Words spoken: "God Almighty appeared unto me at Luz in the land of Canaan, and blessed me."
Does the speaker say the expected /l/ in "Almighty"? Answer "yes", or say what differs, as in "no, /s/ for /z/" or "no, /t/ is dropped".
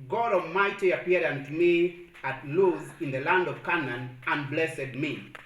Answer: no, /l/ is dropped